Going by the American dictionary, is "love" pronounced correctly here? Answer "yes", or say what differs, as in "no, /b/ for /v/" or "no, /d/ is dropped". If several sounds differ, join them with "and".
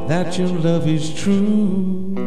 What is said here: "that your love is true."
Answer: yes